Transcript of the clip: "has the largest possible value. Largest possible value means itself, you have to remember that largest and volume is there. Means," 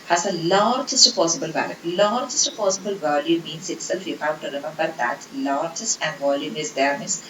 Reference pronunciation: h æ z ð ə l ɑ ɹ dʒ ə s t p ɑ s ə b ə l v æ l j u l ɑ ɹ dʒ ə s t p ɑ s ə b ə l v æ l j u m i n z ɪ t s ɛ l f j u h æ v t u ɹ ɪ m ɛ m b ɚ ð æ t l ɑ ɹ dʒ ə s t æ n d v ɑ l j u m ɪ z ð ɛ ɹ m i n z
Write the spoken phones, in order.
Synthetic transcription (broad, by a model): h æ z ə l ɑ ɹ dʒ ə s t p ɑ s ə b ə l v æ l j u l ɑ ɹ dʒ ə s t p ɑ s ə b ə l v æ l j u m i n s ɪ t s ɛ l f j u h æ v t u ɹ ɪ m ɛ m b ɚ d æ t l ɑ ɹ dʒ ə s t æ n d v ɑ l j u m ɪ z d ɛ ɹ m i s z